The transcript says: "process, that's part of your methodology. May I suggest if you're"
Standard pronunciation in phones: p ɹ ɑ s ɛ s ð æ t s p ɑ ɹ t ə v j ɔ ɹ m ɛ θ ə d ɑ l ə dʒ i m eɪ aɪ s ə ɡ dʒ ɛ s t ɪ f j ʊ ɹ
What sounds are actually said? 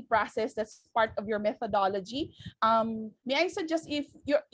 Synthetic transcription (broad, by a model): p ɹ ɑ s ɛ s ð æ t s p ɑ ɹ t ə v j ɔ ɹ m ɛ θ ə d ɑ l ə dʒ i m eɪ aɪ s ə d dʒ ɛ s t ɪ f j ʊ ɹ